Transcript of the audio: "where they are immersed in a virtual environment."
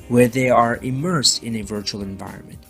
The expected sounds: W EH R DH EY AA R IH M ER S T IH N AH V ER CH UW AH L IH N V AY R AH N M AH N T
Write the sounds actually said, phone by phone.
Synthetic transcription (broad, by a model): W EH R DH EY AA R IH M ER S T IH N AH V ER CH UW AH L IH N V AY R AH N M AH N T